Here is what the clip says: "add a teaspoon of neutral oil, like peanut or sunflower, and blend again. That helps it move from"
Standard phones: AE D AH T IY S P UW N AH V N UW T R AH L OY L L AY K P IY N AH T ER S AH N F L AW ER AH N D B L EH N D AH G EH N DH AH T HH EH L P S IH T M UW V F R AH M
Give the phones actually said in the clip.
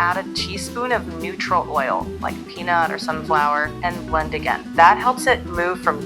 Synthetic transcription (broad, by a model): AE D AH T IY S P UW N AH V N UW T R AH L OY L L AY K P IY N AH T ER S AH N F L AW ER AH N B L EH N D AH G EH N DH AH T HH EH L P S IH T M UW V F R AH M